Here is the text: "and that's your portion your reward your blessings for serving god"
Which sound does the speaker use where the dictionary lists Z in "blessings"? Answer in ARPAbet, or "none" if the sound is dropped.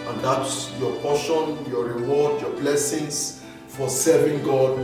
S